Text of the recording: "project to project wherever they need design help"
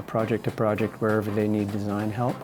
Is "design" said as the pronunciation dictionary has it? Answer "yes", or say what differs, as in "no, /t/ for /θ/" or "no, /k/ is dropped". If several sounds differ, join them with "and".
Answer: yes